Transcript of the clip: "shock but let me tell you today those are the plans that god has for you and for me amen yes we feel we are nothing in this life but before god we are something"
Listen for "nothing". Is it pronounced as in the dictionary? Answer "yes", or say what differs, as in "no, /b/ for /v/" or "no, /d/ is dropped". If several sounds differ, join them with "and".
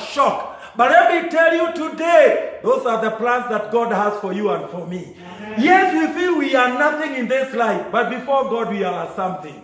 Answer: yes